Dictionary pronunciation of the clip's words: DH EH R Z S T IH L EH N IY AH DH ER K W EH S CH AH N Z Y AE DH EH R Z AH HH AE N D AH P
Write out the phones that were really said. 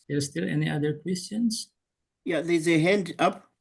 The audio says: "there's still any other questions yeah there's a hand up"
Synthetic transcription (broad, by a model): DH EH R S T IH L EH N IY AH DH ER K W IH S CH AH N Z Y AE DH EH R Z AH HH AE N D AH P